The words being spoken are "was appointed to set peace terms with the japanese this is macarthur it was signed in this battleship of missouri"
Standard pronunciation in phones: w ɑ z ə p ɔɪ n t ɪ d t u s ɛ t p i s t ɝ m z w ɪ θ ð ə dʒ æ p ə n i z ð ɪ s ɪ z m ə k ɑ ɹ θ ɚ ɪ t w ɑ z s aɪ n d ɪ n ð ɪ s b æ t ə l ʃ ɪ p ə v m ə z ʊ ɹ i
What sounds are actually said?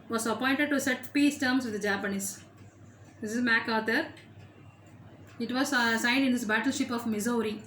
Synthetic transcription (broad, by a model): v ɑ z ə p ɔɪ n t ɪ d t u s ɛ t p i s t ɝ m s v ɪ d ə dʒ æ p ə n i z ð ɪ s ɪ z m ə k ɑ ɹ t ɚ ɪ t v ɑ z s aɪ n d ɪ n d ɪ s b æ t ə l ʃ ɪ p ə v m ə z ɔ ɹ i